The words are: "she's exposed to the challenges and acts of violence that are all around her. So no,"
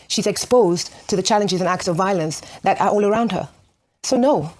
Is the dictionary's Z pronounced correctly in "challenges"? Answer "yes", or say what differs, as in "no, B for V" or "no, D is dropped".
yes